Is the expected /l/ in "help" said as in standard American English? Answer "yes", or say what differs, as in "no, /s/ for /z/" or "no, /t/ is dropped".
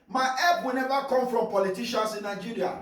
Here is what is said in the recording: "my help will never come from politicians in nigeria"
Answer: no, /l/ is dropped